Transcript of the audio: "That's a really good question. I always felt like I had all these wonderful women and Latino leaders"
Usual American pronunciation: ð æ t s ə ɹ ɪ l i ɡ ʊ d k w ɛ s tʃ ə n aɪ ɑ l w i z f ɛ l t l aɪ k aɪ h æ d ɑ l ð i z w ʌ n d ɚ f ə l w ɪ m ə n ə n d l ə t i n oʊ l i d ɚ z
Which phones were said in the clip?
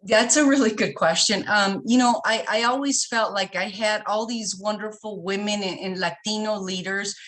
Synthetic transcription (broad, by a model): ð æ t s ə ɹ ɪ l i ɡ ʊ d k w ɛ s tʃ ə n aɪ ɑ l w i z f ɛ l t l aɪ k aɪ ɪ d ɑ l ð i z w ʌ n d ɚ f l w ɪ m ə n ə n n l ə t i n oʊ l i d ɚ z